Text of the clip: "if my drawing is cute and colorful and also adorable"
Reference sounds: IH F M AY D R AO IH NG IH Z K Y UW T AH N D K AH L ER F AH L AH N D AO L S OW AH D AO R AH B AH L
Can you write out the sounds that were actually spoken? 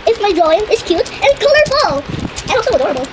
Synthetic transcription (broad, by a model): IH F M AY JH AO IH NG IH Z K Y UW T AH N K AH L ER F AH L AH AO S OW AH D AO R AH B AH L